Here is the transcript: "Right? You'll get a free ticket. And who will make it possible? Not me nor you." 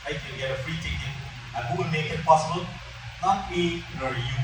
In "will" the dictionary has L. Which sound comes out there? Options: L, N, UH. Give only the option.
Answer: N